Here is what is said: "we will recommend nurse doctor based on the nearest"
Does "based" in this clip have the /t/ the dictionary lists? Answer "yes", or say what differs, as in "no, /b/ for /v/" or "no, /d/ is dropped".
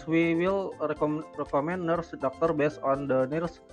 no, /t/ is dropped